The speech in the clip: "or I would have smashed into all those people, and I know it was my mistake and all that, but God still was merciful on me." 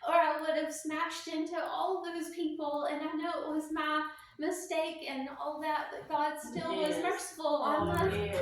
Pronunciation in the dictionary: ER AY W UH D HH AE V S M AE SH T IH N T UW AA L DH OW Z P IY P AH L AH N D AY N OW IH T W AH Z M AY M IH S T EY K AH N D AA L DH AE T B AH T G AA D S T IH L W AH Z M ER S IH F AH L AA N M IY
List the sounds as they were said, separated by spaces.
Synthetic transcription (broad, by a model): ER AY W UH D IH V S M AE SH T IH N T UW AA L DH OW Z P IY P L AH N AY N OW IH T W AH Z M AY M IH S T EY K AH N AA L DH AE T B AH T G AA D S T IH L W AH Z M ER S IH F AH L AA L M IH